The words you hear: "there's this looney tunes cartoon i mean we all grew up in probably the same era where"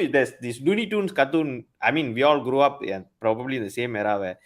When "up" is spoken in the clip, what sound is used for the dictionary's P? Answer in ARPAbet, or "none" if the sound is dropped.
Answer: P